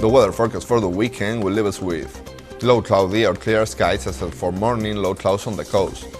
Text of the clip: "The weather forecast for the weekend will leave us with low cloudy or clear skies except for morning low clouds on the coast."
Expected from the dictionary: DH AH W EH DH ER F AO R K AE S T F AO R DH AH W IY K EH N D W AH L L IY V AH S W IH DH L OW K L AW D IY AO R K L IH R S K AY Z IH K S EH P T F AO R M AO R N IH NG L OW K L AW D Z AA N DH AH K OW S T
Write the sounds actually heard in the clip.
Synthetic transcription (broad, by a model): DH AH W EH DH ER F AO R K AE S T F AO R DH AH W IY K EH N D W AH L L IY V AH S W IH DH L OW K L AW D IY AO R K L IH R S K AY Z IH S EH F AO R M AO R N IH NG L OW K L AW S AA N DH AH K OW S T